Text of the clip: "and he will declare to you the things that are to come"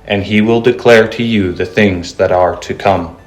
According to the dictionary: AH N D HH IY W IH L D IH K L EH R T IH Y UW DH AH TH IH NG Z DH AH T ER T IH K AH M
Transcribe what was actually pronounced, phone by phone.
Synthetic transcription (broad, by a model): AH N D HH IY W IH L D IH K L EH R T IH Y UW DH AH TH IH NG Z DH AH T ER T IH K AH M